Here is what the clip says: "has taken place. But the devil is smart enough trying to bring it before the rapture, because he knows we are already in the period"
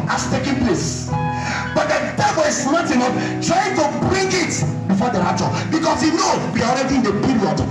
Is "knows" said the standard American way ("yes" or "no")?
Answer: no